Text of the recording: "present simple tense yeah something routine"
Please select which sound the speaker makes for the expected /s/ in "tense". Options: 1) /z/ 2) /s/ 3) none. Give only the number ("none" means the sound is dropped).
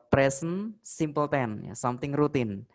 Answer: 3